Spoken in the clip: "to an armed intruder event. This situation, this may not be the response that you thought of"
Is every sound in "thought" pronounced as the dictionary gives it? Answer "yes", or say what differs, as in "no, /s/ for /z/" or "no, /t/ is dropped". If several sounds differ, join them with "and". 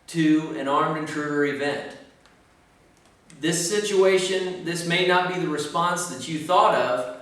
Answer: yes